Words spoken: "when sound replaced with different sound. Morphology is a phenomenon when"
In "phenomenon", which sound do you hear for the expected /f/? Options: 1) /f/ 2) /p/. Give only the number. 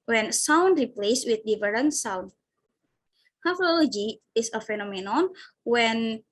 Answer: 1